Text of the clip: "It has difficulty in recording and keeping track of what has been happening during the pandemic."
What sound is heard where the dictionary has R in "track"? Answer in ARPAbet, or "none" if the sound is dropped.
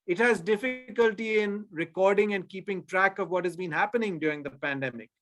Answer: R